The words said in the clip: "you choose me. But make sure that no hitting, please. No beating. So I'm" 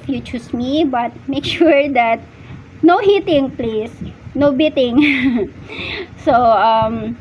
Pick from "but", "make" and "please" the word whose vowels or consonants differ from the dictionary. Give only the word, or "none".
please